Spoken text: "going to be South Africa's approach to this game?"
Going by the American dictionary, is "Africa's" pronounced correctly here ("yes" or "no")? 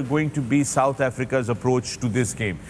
yes